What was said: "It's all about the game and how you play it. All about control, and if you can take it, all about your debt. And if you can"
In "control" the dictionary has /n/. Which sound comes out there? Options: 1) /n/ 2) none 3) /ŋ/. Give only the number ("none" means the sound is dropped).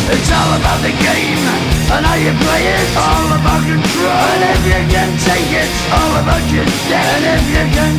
2